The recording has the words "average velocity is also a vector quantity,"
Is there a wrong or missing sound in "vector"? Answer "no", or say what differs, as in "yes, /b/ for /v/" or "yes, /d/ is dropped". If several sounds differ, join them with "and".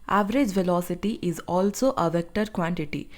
no